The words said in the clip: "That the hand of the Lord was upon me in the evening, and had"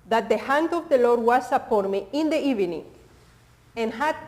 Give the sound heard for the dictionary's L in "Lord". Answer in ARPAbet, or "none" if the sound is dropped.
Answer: L